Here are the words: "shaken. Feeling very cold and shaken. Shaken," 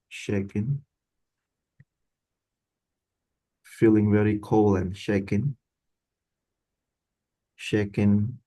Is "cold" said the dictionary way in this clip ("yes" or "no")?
no